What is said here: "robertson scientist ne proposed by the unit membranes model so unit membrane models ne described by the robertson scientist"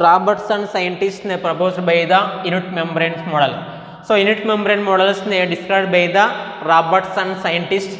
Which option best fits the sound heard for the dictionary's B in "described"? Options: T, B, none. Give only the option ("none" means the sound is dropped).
none